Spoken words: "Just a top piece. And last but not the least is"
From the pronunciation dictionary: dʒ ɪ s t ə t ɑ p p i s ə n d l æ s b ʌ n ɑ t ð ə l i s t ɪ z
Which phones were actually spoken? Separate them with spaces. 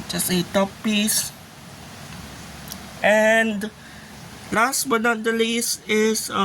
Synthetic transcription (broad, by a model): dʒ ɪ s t ə t ɑ p p i s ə n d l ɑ s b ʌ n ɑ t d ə l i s ɪ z